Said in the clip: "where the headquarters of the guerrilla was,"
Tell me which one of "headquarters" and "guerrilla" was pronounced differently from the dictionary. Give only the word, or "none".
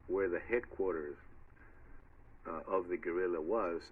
none